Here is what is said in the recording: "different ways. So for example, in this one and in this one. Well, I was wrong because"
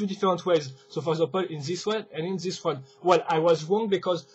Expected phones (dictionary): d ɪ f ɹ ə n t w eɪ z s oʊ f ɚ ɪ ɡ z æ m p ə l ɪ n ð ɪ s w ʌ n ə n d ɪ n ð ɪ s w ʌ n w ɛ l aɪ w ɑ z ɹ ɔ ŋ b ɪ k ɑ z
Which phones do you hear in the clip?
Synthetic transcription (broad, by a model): d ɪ f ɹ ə n t w eɪ z s oʊ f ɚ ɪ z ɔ p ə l ɪ n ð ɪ s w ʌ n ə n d ɪ n ð ɪ s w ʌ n w ɛ l aɪ w ɑ z ɹ ɔ ŋ b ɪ k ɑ z